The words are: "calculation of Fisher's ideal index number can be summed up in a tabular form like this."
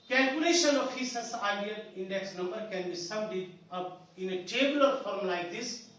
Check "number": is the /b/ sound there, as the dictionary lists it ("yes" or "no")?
yes